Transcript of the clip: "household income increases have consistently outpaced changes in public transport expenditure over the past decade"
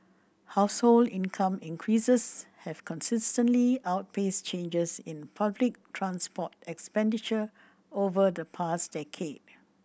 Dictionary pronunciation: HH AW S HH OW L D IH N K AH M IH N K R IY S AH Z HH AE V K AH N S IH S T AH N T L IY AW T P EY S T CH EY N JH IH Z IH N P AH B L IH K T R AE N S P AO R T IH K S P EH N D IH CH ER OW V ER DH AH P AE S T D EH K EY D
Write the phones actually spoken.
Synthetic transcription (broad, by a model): HH AW S HH OW L D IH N K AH M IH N K R IY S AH S HH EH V K AH N S IH S T AH N T L IY AW T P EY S CH EY N JH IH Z IH N P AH B L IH K T R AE N S P AO T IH K S P EH N D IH CH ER OW V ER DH AH P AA S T D EH K EY D